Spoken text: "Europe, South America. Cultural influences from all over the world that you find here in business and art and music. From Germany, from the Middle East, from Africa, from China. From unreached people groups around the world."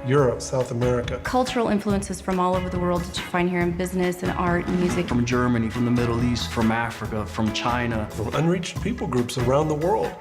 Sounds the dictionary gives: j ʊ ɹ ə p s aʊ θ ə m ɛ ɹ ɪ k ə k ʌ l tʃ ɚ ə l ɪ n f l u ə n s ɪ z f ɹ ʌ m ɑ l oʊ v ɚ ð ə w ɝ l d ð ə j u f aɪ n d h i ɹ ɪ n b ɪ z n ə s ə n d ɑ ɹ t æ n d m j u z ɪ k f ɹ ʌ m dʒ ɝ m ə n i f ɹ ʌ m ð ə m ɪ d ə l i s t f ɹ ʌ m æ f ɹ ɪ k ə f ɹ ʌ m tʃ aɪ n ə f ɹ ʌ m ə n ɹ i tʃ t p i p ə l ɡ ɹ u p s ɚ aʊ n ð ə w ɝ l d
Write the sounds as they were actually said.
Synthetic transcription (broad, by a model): j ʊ ɹ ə p s aʊ θ ə m ɛ ɹ ɪ k ə k ʌ l tʃ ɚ l ɪ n f l u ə n s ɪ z f ɹ ʌ m ɑ l oʊ v ɚ ð ə w ɝ l d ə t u f aɪ n h i ɹ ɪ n b ɪ z n ə s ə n ɑ ɹ t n m j u z ɪ k f ɹ ʌ m dʒ ɝ m ə n i f ɹ ʌ m ð ə m ɪ d l i s t f ɹ ʌ m æ f ɹ ɪ k ə f ɹ ʌ m tʃ aɪ n ə f ɹ ʌ m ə n ɹ i tʃ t p i p l ɡ ɹ u p s ɚ aʊ n ð ə w ɝ l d